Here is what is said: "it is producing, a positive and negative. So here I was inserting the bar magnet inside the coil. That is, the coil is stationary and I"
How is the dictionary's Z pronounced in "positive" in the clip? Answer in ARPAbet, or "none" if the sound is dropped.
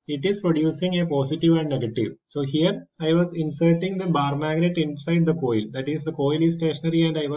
S